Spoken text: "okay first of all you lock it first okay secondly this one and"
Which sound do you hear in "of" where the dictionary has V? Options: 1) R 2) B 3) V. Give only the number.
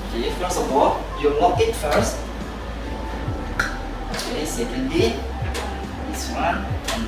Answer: 2